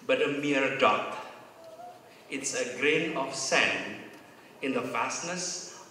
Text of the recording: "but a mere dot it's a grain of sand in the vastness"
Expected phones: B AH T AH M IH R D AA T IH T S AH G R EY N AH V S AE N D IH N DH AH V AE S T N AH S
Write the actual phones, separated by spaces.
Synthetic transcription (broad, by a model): B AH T AH M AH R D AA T IH T S AH G R EY N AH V S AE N IH N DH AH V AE S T N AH S